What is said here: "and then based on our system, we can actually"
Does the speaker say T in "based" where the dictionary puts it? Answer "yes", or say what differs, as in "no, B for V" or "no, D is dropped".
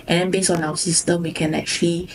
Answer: no, T is dropped